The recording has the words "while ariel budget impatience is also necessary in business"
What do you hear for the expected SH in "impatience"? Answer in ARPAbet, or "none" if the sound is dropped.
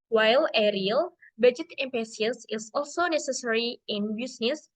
S